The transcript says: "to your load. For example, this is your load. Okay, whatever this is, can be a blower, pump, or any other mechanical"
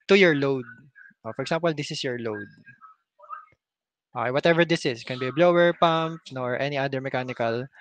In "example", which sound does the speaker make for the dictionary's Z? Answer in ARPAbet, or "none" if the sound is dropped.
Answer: S